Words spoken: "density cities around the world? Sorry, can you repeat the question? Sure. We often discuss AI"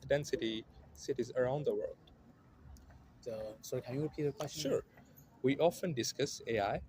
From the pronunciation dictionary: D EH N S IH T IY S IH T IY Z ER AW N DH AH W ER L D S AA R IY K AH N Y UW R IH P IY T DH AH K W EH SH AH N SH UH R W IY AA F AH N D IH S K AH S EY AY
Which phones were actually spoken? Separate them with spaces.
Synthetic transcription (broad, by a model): D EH N S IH T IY S IH T IY Z ER AW N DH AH W ER L D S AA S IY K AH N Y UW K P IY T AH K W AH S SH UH R W IY AA F AH N D IH S K AH S EY AY